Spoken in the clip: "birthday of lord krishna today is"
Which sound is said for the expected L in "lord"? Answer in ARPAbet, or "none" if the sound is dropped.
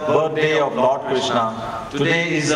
N